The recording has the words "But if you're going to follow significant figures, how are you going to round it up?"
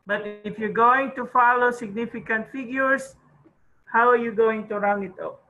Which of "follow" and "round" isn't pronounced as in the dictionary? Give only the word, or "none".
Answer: round